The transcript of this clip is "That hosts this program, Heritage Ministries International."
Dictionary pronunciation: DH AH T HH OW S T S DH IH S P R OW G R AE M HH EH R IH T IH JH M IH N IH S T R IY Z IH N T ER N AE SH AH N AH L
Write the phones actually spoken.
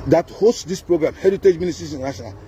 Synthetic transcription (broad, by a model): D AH T HH OW S T S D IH S P R OW G R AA M HH EH R IH T IH JH M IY N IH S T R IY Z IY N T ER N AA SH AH N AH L